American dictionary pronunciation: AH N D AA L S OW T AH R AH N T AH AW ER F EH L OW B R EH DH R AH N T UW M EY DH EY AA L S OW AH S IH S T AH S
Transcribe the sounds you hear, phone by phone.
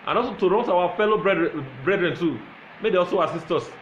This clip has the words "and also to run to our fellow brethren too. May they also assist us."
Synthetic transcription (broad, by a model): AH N AA L S OW T AH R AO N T AW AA F EH L OW B R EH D R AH N T UW M EY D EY AA L S OW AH S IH S T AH S